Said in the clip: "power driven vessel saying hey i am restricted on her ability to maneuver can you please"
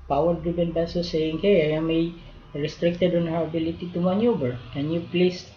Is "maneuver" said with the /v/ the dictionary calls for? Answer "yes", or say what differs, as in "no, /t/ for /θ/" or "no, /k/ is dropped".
no, /b/ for /v/